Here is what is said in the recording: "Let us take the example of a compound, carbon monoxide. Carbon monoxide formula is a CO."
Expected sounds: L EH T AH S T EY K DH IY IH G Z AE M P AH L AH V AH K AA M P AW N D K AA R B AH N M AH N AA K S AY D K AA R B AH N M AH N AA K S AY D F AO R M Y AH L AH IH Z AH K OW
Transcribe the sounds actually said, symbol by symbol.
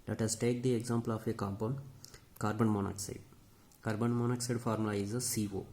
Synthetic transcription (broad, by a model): L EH T AH S T EY K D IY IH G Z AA M P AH L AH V AH K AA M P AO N K AA R B AH N M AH N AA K S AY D K AA R B AH N M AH N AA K S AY D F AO R M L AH AH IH S AH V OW